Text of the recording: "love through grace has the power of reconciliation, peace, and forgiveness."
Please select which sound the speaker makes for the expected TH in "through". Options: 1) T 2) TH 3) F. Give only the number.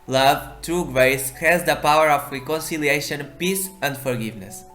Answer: 1